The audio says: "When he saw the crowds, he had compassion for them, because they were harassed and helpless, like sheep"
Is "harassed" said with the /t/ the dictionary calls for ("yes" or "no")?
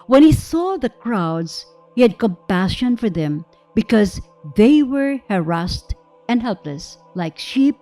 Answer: yes